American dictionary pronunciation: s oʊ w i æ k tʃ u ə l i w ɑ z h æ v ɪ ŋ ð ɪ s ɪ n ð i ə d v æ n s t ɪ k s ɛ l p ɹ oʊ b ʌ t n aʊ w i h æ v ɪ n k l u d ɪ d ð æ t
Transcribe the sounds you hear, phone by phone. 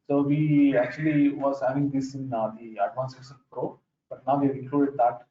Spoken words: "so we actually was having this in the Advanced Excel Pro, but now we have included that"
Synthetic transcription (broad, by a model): s oʊ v i æ k tʃ u ə l i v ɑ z h æ v ɪ ŋ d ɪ s ɪ n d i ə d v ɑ n s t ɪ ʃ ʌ n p ɹ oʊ b ʌ t n aʊ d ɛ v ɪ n k l u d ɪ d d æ t